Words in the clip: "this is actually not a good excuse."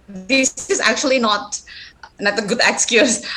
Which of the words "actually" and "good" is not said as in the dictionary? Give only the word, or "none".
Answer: actually